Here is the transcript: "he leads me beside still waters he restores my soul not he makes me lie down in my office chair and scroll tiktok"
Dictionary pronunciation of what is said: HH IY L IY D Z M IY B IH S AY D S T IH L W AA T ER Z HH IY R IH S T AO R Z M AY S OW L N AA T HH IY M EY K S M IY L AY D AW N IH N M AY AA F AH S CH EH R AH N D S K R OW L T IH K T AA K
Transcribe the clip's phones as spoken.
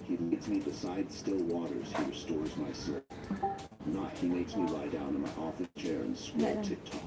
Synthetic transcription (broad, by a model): HH IY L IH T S M IY B IH S AY D S T IH L W AA T ER Z HH IY R IH S T AO R Z M AY S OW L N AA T HH IY M EY K S M IY L AY D AW N IH N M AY AA F AH S CH EH R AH N S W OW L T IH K T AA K